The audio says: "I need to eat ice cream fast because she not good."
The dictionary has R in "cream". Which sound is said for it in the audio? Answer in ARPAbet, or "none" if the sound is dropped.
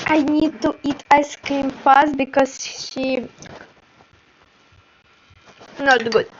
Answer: none